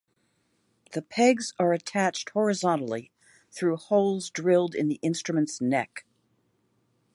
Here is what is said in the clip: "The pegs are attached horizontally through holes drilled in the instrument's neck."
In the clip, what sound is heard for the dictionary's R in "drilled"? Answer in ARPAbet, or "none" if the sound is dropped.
R